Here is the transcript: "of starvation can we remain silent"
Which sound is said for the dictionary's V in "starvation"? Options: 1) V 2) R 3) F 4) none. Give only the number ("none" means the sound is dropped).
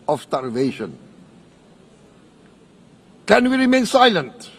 1